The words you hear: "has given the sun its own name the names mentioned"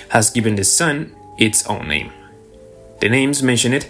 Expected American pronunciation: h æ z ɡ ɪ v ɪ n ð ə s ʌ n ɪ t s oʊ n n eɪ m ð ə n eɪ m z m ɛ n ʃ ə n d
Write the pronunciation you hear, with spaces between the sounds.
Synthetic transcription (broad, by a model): h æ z ɡ ɪ v ɪ n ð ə s ʌ n ɪ t s oʊ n n eɪ m ð ə n eɪ m z m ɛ n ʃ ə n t